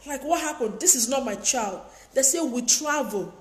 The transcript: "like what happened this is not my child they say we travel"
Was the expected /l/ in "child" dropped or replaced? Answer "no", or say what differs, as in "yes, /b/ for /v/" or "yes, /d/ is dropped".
no